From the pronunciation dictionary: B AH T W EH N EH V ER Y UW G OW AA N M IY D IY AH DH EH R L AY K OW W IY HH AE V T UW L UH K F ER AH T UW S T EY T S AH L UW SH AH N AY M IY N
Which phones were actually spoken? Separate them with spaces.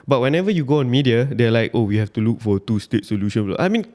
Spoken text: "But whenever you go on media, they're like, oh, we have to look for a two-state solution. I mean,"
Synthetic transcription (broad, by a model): B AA T W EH N EH V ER Y UW G OW AA N M IY D IY AH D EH L AY K OW W IY HH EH F T UW L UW K F AH T UW S T EY T S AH L UW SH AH N AY M IY N